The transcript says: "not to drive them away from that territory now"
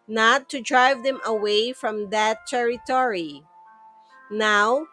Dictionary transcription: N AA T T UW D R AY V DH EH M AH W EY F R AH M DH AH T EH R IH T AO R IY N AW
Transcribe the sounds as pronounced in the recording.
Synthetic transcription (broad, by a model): N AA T T UW D R AY V DH EH M AH W EY F R AH M DH AH T EH R IH T AO R IY N AW